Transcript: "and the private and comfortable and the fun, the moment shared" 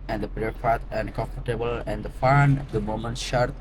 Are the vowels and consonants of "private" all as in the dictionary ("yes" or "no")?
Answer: no